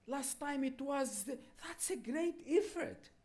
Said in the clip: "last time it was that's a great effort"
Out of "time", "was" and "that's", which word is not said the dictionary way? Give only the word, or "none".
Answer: none